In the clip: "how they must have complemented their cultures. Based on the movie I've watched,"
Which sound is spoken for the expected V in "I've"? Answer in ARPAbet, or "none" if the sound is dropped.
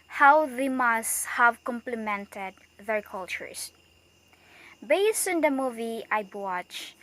B